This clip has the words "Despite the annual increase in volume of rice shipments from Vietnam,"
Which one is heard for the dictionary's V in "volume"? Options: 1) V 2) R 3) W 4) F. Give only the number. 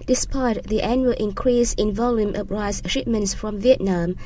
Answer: 1